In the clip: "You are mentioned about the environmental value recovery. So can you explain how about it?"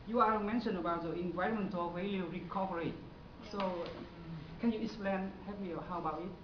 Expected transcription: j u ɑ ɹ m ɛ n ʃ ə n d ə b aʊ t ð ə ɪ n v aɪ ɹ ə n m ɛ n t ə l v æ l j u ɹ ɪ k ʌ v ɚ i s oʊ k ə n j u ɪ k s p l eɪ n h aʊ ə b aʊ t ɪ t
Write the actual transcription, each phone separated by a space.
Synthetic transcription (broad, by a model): j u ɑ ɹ m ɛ n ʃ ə n ə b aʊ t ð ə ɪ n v aɪ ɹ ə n m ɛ n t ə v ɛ l j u ɹ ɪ k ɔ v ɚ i s oʊ k ə n j u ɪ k s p l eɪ n h aʊ ə b aʊ t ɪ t